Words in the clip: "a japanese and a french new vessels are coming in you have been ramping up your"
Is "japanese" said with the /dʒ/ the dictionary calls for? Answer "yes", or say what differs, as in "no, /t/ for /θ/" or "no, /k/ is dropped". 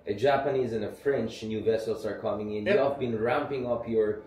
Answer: yes